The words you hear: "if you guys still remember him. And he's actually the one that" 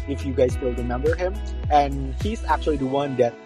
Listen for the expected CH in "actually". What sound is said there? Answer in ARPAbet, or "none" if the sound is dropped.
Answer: CH